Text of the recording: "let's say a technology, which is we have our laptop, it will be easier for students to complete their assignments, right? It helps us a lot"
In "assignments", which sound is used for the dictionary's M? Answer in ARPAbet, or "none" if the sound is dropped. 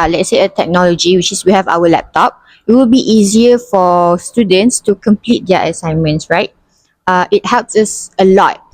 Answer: M